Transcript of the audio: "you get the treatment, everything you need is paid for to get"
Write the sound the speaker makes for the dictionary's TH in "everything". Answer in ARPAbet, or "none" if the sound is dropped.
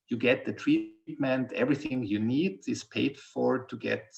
TH